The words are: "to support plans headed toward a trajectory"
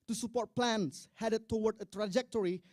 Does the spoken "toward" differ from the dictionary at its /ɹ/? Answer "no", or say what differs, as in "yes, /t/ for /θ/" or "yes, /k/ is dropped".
yes, /w/ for /ɹ/